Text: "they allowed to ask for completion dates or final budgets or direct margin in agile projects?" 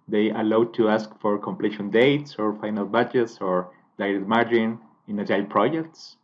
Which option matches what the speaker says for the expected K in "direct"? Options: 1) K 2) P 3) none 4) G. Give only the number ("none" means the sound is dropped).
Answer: 3